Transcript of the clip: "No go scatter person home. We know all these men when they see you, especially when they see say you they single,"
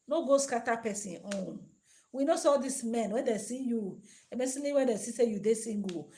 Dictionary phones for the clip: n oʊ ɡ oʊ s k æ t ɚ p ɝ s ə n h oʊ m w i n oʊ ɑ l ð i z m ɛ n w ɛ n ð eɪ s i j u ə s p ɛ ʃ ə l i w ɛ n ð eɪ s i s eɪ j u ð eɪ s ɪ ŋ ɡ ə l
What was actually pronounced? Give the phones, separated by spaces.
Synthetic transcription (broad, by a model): n oʊ ɡ oʊ s k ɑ t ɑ p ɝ s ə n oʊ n w i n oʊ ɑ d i s m ɛ n w ɛ n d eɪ s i j u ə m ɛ s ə n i w ɛ n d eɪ s i s eɪ j u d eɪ s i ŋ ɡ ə